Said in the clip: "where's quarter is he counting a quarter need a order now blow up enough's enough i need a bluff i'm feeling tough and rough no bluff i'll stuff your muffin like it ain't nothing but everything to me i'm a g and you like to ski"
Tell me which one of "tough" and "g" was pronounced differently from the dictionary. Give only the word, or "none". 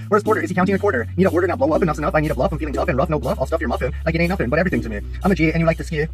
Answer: none